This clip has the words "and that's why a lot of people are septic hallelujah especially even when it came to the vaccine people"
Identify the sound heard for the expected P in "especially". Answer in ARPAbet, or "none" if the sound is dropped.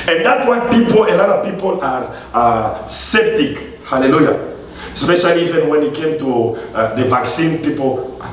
P